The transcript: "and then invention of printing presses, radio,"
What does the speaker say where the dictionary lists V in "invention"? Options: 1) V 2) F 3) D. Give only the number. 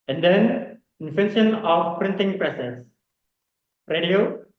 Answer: 2